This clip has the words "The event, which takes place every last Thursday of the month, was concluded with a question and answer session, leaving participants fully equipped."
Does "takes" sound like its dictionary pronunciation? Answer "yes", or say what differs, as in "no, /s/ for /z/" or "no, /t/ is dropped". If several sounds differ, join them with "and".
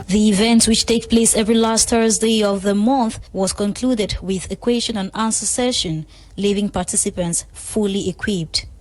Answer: no, /s/ is dropped